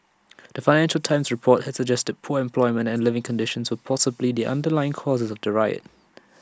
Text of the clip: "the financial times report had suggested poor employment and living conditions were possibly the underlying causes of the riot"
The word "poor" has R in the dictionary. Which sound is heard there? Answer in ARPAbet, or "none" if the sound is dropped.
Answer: R